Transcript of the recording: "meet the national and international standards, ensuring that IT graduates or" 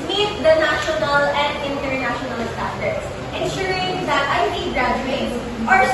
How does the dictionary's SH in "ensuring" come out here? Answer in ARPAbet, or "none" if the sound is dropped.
SH